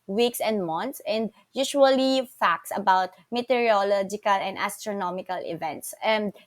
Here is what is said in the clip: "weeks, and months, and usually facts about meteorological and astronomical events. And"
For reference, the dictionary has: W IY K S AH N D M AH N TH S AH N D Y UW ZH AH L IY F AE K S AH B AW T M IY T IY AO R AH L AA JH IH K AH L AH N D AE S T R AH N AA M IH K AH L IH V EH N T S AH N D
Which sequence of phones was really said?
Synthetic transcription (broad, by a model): W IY K S AH N D M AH N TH S AH N D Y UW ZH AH L IY F AE K S AH B AW T M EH T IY R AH L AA JH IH K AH L AH N D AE S T R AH N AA M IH K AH L IH V EH N T S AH N D